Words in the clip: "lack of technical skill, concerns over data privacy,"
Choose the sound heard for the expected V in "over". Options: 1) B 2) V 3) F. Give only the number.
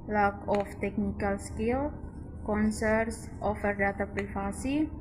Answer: 3